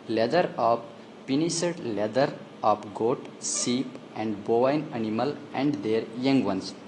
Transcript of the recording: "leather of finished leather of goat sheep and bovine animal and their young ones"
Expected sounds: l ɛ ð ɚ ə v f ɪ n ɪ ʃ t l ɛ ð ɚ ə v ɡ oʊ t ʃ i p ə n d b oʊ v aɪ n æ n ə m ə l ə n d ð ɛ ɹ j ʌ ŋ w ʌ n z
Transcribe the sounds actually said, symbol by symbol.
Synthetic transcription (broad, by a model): l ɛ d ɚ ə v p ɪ n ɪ s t l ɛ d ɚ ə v ɡ oʊ t s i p ə n d b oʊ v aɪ n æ n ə m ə l ə n d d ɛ ɹ j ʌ ŋ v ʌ n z